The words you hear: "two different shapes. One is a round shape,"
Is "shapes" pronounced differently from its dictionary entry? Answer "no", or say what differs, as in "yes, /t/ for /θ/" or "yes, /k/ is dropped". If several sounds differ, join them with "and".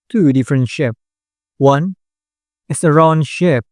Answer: yes, /s/ is dropped